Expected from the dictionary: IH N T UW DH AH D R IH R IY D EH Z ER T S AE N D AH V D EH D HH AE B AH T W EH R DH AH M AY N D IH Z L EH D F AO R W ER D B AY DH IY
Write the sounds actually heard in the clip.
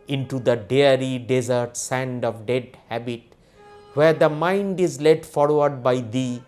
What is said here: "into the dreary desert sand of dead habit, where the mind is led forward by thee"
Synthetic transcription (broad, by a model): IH N T UW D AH D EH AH R IY D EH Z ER T S AE N D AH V D EH D HH AE B AH T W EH R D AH M AY N D IH Z L EH D F AO R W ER D B AY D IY